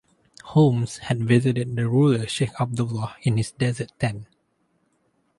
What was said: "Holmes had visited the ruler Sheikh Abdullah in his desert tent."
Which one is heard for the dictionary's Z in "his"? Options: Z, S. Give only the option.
S